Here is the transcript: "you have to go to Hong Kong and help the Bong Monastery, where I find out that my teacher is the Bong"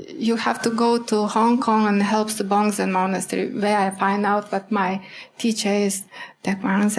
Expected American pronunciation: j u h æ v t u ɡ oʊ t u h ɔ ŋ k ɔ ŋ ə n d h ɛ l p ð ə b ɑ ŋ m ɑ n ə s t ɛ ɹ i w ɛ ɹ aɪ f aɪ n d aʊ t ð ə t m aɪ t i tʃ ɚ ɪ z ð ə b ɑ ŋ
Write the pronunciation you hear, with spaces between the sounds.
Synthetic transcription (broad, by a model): j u h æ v t u ɡ oʊ t u h ɔ ŋ k ɔ ŋ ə n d h ɛ l p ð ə b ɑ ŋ m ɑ n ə s t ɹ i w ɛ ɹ aɪ f aɪ n d aʊ t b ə t m aɪ t i tʃ ɚ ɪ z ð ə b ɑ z